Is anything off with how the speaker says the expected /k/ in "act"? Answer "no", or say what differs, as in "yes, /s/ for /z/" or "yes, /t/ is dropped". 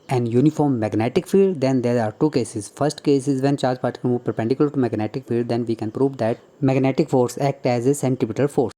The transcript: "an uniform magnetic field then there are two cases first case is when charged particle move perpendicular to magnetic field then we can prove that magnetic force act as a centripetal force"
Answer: no